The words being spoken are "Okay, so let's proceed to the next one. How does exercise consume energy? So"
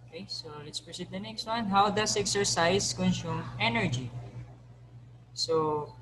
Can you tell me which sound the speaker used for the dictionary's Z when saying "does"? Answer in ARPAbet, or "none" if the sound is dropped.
S